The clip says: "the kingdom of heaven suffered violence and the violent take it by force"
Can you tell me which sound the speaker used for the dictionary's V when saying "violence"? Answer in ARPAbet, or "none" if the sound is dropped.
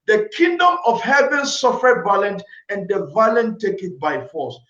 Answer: B